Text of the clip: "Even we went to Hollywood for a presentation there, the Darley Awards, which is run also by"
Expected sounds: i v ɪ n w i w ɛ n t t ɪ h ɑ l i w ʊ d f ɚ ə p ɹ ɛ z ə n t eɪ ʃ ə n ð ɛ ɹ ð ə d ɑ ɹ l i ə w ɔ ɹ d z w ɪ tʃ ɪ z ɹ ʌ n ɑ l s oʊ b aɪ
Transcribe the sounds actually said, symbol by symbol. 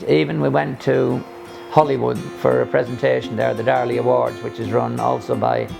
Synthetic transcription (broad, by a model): i v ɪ n w i w ɛ n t t ɪ h ɑ l i w ʊ d f ɚ ə p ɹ ɛ z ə n t eɪ ʃ n ð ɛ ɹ ð ə d ɑ ɹ l i ə w ɔ ɹ d z w ɪ tʃ ɪ z ɹ ʌ n ɑ l s oʊ b aɪ